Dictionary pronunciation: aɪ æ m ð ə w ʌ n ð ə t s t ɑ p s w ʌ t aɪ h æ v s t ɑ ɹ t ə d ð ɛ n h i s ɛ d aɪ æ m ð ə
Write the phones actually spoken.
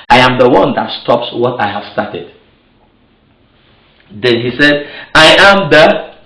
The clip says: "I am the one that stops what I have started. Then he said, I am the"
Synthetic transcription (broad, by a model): aɪ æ m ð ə w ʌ n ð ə t s t ɑ p s w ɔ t aɪ h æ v s t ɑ t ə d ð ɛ n h i s ɛ d aɪ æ m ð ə